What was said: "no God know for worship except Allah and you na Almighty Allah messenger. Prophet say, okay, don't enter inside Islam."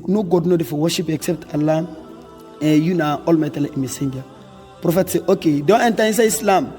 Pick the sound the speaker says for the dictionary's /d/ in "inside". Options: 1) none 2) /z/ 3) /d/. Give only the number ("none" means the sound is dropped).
1